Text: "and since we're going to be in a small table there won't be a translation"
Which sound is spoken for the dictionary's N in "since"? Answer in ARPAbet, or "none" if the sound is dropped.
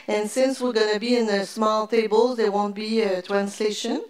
N